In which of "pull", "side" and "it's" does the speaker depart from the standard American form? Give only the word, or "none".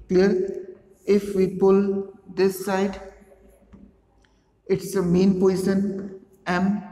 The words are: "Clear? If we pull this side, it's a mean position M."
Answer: none